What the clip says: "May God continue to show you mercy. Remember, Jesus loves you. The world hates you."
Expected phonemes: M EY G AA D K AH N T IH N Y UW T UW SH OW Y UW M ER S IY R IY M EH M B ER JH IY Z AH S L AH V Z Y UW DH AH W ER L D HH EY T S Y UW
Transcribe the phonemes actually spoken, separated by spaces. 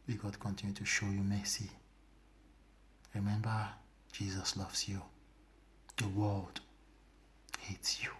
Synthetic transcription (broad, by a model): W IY G AA D K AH N T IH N Y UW T UW SH OW Y UW M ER S IY R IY M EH M B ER JH IY Z AH S L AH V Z Y UW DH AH W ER L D HH EY T S Y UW